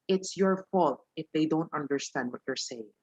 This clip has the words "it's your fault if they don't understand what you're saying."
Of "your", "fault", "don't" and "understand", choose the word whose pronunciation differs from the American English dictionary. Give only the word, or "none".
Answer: none